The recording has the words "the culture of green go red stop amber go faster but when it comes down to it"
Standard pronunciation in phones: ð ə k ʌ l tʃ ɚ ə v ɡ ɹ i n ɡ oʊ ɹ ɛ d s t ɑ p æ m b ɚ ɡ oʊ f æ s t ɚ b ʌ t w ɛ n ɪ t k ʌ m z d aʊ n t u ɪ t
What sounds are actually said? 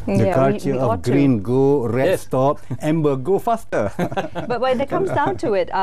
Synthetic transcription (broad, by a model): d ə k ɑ tʃ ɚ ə ɡ ɹ i n ɡ oʊ ɹ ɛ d s t ɑ p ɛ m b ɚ ɡ oʊ f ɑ s t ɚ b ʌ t w ɛ n ɪ t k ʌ m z d aʊ n t u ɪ t